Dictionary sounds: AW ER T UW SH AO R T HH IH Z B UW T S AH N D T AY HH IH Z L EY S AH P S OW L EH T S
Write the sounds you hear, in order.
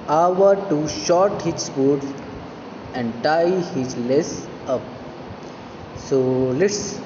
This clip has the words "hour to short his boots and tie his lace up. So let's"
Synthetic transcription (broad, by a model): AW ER T UW SH AO R T HH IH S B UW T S AH N D T AY HH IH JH L EY S AH P S OW L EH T S